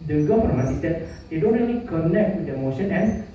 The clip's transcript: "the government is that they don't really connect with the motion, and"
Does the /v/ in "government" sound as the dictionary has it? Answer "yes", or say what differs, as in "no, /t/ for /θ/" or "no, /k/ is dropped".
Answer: no, /f/ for /v/